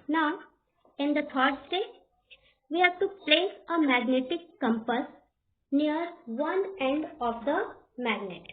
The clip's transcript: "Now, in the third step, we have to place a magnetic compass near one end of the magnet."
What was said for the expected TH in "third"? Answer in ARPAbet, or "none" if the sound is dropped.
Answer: T